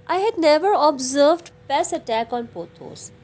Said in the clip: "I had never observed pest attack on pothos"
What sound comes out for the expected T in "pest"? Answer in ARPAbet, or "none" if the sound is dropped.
none